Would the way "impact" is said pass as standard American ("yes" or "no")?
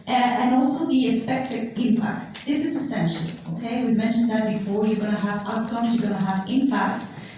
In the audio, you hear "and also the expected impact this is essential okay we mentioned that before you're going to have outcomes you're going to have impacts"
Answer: yes